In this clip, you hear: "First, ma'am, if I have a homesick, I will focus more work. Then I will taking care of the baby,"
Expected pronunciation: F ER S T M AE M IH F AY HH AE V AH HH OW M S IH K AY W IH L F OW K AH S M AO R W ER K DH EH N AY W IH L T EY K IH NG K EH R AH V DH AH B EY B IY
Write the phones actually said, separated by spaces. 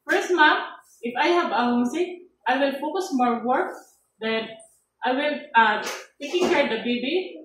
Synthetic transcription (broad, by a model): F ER S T M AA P IH F AY HH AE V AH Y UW S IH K AY W IH L F OW K AH S M AO R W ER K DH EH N AY W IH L T EY K IH NG K EH R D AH B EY B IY